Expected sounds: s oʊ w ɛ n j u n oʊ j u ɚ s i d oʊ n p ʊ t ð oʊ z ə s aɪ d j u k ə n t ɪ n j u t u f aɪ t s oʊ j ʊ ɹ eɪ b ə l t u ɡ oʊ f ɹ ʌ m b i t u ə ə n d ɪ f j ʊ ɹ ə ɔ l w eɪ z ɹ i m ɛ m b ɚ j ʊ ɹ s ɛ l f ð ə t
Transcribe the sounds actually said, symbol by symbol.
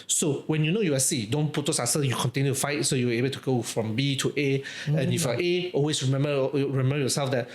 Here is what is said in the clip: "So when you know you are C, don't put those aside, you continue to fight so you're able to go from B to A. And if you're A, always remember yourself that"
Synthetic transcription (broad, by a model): s oʊ w ɛ n j u n oʊ j u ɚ s i d oʊ n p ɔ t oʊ s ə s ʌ j u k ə n t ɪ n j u t u f aɪ t s oʊ j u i eɪ b ə l t u ɡ oʊ f ɹ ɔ m b i t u ə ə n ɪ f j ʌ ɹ ə ɔ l w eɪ s ɹ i m ɛ m b ɚ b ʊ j s ɛ l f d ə t